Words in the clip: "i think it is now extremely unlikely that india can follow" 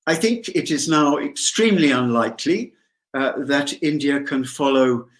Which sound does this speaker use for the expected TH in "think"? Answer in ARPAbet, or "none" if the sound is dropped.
TH